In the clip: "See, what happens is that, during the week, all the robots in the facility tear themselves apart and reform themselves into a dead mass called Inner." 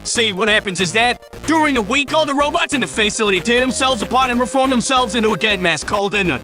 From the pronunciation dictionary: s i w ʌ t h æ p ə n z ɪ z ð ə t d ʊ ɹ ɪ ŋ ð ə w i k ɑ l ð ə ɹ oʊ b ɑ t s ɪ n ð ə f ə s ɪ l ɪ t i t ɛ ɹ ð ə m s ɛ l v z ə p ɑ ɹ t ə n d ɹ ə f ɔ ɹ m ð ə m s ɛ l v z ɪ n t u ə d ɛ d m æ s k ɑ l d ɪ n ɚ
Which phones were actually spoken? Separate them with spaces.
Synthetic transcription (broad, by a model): s i w ʌ t h æ p ə n z ɪ z ð ə t d ʊ ɹ ɪ ŋ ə w i k ɑ l ð ə ɹ oʊ b ɑ t s ɪ n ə f ə s ɪ l ɪ t i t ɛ ð ə m s ɛ l v z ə p ɑ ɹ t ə n ɹ ə f ɔ ɹ m ð ə m s ɛ l v z ɪ n t u ə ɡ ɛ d m æ s k ɑ l d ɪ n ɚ